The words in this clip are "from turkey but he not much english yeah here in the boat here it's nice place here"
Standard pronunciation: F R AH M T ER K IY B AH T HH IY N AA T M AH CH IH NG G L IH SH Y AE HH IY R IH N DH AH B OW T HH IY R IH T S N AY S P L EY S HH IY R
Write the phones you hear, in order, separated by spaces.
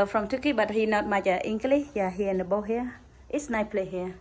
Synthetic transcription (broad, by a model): F R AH M T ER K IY B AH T HH IY N AA T M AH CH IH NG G L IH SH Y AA HH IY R IH N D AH B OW HH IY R IH T S N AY P L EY HH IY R